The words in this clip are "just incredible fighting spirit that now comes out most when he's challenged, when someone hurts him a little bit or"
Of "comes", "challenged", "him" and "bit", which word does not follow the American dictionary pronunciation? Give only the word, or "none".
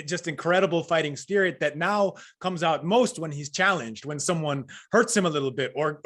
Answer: none